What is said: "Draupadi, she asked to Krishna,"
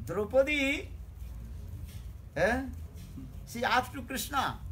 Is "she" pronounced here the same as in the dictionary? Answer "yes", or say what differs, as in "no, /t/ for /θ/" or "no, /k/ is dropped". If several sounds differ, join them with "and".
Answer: no, /s/ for /ʃ/